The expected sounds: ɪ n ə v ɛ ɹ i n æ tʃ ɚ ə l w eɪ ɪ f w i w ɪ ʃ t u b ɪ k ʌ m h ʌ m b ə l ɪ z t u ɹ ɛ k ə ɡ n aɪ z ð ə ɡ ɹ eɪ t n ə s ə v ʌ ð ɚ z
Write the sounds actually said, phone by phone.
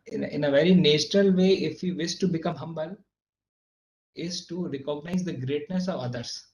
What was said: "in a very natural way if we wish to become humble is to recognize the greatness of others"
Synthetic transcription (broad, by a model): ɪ n ə v ɛ ɹ i n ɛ tʃ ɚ ə l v eɪ ɪ f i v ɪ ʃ t u b ɪ k ʌ m h ʌ m b ə l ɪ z t u ɹ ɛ k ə ɡ n aɪ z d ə ɡ ɹ eɪ t n ə s ə v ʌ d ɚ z